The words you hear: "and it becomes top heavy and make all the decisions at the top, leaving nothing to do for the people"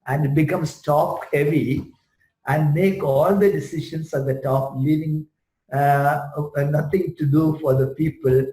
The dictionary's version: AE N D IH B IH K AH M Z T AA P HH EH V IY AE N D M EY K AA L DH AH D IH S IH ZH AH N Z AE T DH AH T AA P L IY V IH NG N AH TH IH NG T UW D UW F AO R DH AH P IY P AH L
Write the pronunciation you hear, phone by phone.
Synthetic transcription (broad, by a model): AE N D B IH K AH M S T AA P HH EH V IY AE N D M EY K AA L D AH D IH S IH SH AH N S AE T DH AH T AA P L IY V IH NG N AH T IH NG T UW D UW F AO R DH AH P IY P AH L